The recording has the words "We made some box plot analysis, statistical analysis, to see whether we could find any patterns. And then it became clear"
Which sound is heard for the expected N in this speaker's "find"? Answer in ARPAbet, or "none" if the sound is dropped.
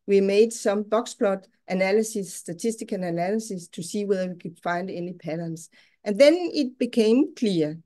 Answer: N